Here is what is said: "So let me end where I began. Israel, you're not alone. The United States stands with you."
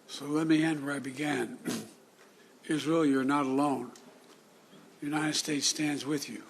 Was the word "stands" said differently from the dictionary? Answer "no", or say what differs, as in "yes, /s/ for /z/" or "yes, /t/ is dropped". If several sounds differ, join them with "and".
no